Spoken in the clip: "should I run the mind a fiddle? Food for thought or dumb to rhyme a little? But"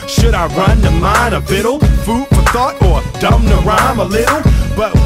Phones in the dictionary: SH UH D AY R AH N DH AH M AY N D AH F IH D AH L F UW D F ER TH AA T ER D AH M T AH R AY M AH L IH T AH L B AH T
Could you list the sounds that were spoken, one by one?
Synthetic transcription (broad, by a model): SH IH D AY R AH N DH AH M AY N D AH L IH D L F UW D F ER TH AA T ER D AH M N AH R AY M AH L IH T L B AH T